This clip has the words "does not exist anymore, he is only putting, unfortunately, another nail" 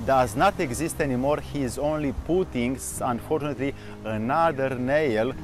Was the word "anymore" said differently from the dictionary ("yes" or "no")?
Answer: no